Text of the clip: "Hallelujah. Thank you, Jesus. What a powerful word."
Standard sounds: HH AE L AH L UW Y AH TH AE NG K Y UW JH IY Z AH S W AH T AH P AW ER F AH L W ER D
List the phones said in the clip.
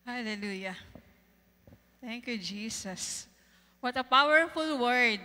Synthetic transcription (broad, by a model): HH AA L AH L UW Y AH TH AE NG K Y UW JH IY S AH S W AH T AH P AW ER F AH L W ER D